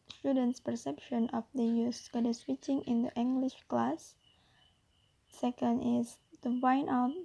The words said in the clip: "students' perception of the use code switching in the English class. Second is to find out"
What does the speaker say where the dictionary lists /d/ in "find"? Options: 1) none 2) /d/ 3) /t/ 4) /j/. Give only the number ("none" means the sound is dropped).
1